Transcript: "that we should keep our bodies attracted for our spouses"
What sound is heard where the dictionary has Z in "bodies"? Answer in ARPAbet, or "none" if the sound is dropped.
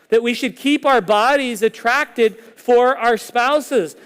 Z